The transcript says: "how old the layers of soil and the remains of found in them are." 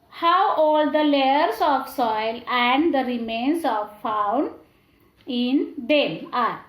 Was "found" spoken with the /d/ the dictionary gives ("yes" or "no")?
no